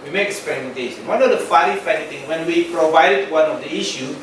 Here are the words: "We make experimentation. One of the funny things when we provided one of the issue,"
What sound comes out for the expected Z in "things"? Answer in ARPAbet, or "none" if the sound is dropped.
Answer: none